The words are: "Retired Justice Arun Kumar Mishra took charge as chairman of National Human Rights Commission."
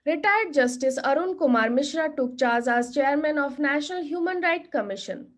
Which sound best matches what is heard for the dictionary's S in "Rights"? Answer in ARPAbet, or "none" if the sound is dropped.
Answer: none